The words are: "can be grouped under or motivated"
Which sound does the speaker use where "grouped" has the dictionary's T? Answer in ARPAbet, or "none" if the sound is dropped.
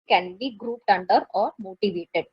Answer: T